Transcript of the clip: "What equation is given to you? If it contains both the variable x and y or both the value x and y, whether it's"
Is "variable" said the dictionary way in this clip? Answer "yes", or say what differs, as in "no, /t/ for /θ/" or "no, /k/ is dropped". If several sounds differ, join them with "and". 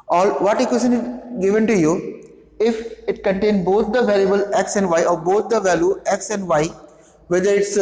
no, /l/ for /ɹ/